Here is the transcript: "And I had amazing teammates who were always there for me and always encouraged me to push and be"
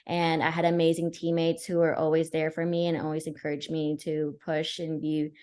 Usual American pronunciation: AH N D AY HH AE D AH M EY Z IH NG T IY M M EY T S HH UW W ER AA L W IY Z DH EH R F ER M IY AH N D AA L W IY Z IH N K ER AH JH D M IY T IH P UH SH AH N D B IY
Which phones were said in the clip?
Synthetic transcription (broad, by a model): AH N AY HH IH D AH M EY Z IH NG T IY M M EY T S HH UW W ER AA L W IY Z DH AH R F ER M IY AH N AA L W IY Z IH N K ER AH JH M IY T IH P UH SH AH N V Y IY